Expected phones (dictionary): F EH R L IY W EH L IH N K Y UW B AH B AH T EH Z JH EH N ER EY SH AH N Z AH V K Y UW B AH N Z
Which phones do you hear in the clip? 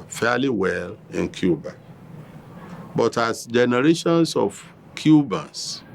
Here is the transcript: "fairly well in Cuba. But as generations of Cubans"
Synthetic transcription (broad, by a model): F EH L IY W EH L IH N K Y UW B AH B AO T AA S JH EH N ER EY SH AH N S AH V K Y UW B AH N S